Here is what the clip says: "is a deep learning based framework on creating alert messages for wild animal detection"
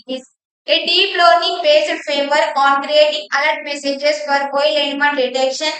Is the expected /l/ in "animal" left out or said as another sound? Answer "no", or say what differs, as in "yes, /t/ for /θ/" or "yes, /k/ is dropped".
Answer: yes, /n/ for /l/